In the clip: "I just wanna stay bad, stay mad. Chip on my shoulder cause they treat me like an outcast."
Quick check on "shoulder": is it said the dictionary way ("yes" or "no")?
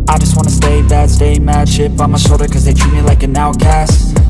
no